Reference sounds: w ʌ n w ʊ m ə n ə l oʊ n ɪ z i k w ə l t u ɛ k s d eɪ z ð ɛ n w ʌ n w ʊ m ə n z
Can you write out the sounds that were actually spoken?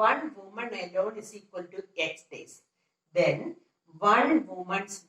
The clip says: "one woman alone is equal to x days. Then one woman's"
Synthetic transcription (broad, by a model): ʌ n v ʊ m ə n ə l oʊ n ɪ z i k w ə l t u ɛ k s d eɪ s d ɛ n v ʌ n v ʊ m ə n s